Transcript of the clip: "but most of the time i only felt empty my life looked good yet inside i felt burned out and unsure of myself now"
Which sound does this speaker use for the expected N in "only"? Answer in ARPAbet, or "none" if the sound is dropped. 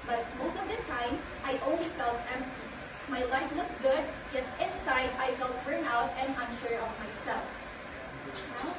N